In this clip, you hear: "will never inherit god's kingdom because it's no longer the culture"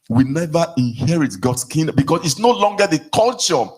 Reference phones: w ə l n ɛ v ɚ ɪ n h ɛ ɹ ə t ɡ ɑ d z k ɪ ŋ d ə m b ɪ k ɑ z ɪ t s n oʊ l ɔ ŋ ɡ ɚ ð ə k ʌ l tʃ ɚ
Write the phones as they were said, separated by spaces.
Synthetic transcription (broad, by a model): w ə n ɛ v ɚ ɪ n h ɛ ɹ ə t ɡ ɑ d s k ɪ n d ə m b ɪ k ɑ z ɪ t s n oʊ l ɔ ŋ ɡ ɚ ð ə k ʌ l tʃ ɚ